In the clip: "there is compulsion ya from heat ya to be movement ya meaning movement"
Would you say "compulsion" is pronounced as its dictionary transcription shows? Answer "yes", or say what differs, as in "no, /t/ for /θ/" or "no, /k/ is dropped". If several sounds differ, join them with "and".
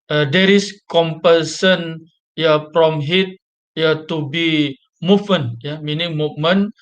no, /s/ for /ʃ/